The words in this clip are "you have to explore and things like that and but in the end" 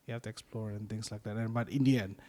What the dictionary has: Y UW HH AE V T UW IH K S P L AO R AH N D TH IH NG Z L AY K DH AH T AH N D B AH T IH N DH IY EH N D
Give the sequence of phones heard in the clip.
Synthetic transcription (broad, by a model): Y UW HH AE F T UW IH K S P L AO R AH N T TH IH NG S L AY K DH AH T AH N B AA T IH N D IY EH N